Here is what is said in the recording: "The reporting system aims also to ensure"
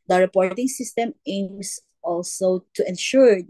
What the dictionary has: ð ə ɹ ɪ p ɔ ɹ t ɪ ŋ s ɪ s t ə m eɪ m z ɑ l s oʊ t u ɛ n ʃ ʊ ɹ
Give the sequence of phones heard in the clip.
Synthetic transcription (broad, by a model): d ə ɹ ɪ p ɔ ɹ t ɪ ŋ s ɪ s t ə m eɪ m s ɑ l s oʊ t u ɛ n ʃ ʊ ɹ